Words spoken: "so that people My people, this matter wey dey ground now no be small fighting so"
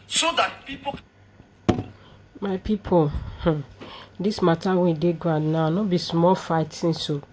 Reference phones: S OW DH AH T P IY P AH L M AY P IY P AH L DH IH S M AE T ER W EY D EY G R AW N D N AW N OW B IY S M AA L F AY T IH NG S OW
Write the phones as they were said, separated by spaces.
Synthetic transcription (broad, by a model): S OW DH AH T P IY P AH M AY P IY P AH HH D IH S M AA T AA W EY D EY G AW N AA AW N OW B IY S M AA L F AY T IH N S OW